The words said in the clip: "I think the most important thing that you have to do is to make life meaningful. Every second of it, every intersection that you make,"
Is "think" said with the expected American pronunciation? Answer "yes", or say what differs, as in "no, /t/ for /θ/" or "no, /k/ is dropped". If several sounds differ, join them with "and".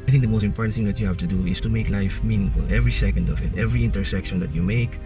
yes